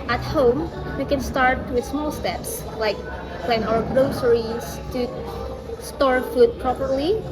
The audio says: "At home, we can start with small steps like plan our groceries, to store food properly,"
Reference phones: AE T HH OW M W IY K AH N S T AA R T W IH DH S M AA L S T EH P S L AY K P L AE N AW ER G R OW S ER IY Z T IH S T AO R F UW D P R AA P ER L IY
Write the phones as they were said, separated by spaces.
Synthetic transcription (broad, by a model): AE T HH OW M W IY K AH N S T AA R T W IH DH S M AA L S T EH P S L AY K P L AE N AW ER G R OW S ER IY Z T IH S T AO R F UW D P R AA P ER L IY